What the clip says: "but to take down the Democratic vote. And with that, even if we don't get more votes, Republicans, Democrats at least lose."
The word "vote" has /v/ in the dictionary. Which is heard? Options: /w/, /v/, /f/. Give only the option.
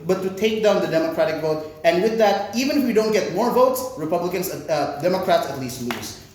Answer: /v/